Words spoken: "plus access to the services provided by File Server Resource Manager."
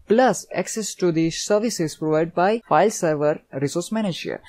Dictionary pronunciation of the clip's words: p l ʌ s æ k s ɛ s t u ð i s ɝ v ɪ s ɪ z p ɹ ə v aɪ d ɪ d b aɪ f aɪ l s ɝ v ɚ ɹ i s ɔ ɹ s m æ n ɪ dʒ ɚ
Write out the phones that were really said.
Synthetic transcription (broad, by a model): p l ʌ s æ k s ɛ s t u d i s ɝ v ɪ s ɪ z p ɹ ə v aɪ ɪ d b aɪ f aɪ l s ɝ v ɚ ɹ i s ɔ ɹ s m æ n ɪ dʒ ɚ